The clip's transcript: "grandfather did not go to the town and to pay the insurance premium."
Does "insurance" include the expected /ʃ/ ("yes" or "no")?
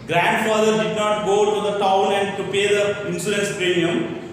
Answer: no